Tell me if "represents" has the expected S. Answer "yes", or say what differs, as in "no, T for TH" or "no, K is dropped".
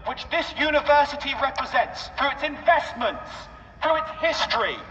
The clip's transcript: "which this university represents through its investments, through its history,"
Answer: yes